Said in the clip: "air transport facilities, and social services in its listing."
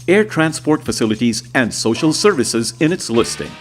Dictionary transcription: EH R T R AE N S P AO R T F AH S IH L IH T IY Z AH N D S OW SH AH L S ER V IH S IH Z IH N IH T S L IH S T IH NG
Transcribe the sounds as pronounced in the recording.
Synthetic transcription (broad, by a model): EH R T R AE N S P AO R T F AH S IH L IH T IY Z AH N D S OW SH AH L S ER V IH S IH Z IH N IH T S L IH S T IH NG